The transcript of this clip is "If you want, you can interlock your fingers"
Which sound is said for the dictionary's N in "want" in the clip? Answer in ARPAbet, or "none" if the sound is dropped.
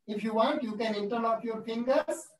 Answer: N